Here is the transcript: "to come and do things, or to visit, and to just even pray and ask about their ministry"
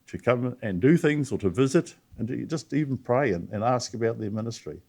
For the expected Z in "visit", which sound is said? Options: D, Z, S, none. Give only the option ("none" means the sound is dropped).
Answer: Z